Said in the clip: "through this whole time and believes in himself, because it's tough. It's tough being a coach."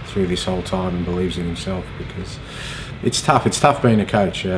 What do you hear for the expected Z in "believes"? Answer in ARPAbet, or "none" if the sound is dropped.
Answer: Z